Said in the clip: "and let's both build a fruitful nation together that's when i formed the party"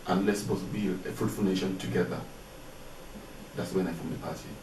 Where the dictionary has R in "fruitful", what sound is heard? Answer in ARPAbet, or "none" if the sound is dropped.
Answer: none